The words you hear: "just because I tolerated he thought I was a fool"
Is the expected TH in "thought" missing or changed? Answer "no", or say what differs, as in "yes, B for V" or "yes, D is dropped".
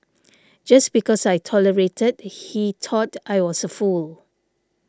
yes, T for TH